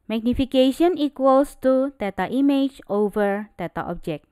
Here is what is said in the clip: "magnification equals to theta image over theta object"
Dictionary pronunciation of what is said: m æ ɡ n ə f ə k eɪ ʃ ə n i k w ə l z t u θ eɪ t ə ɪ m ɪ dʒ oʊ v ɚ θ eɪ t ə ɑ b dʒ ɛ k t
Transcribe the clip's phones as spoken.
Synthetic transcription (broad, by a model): m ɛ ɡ n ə f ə k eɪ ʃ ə n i k w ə l s t u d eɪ t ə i m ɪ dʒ oʊ v ɚ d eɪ t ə ɑ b dʒ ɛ k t